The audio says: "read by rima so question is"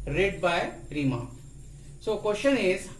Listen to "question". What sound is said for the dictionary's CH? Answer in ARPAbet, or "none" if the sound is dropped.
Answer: SH